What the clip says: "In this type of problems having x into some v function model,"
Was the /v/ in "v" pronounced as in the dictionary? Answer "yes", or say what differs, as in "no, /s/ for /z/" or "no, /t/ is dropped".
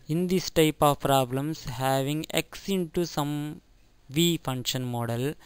yes